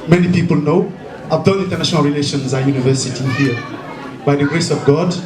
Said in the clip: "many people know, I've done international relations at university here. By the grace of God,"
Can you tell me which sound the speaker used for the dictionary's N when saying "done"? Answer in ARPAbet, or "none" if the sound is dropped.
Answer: L